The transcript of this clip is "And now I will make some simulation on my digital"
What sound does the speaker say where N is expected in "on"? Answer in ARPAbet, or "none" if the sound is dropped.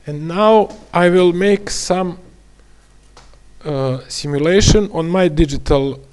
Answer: N